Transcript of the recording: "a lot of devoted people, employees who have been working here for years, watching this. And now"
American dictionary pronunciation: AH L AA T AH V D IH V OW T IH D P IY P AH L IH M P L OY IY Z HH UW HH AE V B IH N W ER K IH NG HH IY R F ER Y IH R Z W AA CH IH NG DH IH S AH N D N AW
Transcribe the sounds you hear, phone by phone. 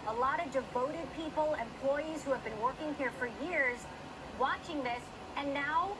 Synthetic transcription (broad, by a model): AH L AA T AH V D IH V OW T IH D P IY P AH L IH M P L OY IY Z HH UW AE V B IH N W ER K IH NG HH IY R F ER Y IH R Z W AA CH IH NG DH IH S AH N N AW